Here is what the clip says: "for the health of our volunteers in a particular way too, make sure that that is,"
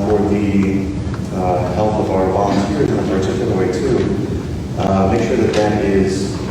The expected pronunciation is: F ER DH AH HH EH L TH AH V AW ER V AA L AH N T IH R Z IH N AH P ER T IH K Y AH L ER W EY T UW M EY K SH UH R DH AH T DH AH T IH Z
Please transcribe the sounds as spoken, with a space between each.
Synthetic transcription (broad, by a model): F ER DH AH HH EH L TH AH V AW ER B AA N S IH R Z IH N AH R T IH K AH N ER W EY T UW M EY K SH UH R DH AH T DH AH T IH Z